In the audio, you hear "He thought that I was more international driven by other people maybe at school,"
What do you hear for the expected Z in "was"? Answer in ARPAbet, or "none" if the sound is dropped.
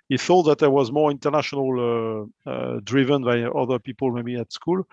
Z